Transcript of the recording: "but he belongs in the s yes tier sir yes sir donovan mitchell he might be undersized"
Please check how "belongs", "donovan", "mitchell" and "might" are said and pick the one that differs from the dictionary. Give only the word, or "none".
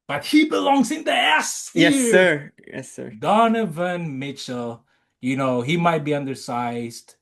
mitchell